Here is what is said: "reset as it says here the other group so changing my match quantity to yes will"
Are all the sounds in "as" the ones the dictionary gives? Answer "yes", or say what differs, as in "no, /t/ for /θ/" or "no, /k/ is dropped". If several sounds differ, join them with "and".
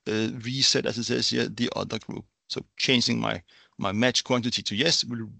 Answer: no, /s/ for /z/